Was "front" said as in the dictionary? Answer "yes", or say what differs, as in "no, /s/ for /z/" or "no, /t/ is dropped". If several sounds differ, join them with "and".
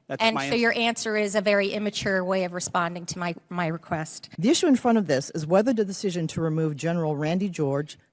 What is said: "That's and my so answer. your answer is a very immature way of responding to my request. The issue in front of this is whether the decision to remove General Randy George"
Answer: no, /n/ is dropped